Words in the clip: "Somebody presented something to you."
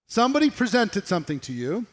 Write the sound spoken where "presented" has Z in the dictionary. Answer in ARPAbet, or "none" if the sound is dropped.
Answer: Z